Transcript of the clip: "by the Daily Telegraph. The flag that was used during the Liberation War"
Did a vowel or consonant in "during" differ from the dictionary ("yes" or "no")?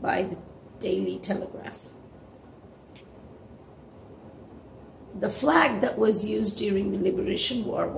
no